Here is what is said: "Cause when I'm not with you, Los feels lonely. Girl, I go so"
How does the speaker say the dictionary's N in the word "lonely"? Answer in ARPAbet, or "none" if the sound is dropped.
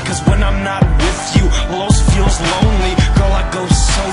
N